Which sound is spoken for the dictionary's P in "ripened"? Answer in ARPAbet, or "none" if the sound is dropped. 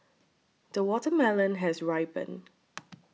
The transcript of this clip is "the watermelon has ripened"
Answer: B